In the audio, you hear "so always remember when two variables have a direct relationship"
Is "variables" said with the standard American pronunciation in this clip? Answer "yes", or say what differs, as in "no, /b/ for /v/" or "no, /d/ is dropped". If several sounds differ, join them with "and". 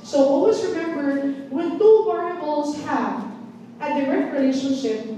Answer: no, /p/ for /v/